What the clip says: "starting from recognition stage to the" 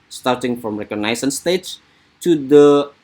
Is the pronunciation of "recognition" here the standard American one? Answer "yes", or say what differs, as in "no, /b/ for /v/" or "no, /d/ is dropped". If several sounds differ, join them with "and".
no, /s/ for /ʃ/